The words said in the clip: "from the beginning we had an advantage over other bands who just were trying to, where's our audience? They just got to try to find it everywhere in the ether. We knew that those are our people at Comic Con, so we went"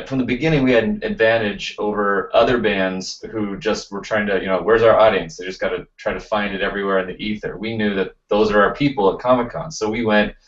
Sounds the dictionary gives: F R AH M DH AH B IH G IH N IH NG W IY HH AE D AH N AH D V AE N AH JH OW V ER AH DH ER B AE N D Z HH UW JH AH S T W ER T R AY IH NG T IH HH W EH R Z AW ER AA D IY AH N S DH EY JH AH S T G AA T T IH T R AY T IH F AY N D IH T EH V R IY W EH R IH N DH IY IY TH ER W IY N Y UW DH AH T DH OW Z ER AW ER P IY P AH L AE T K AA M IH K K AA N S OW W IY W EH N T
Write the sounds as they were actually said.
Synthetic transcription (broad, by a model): F R AH M DH AH B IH G IH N IH NG W IY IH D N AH D V AE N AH JH OW V ER AH DH ER B AE N D Z HH UW JH AH S T W ER T R AY IH NG T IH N W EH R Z AW ER AA D IY AH N S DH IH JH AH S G AA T T IH T R AY T IH F AY N D IH T EH V R IY W EH R IH N DH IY IY TH ER W IY N Y UW DH AH T DH OW Z ER AW ER P IY P L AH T K AA M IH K K AA N S OW W IY W EH N T